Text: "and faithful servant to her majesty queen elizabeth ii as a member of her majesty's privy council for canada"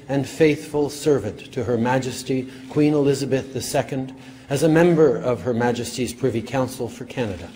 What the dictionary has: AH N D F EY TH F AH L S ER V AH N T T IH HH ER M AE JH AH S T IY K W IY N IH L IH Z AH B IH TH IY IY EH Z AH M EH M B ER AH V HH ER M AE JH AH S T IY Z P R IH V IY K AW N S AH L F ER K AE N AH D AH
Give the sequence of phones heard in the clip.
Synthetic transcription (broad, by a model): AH N F EY TH F AH L S ER V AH N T T IH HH ER M AE JH AH S T IY K W IY N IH L IH Z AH B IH TH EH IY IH Z AH M EH M B ER AH V ER M AE JH AH S T IY Z P R IH V IY K AW N S L F ER K AE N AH D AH